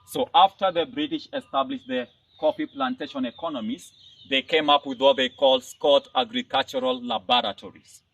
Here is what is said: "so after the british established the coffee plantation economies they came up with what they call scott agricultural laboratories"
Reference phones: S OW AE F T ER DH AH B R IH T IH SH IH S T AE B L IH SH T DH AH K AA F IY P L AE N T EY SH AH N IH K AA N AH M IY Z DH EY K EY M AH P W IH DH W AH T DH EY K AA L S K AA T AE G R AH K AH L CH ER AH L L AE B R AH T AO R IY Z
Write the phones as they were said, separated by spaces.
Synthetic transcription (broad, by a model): S OW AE F T ER DH AH B R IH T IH SH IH S T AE B L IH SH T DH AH K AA P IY P L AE N T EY SH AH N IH K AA N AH M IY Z DH EY K EY M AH P W IH DH W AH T DH EY K AA L S K AA T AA G R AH K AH L CH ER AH L L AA B R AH T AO R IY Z